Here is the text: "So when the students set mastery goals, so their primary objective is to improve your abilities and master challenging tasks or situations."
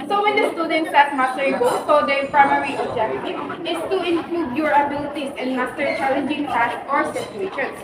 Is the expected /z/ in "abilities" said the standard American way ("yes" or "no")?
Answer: no